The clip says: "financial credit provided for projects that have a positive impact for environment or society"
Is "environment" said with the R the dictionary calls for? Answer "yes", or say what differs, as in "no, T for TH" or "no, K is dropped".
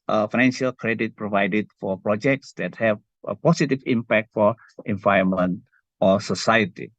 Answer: no, R is dropped